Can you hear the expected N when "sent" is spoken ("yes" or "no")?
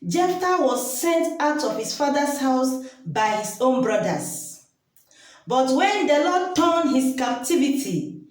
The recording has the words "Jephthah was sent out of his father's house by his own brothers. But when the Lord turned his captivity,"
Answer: yes